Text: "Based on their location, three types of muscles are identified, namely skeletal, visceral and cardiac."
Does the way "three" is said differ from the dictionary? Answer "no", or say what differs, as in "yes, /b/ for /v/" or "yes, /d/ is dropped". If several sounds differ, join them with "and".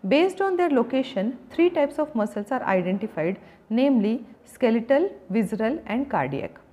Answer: yes, /t/ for /θ/